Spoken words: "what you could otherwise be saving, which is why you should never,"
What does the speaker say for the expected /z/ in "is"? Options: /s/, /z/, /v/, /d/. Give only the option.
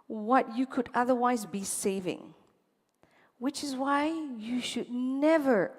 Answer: /z/